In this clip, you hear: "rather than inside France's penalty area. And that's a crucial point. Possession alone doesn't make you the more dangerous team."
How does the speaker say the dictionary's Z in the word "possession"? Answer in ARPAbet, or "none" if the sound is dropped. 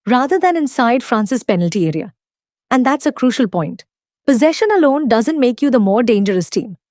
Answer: Z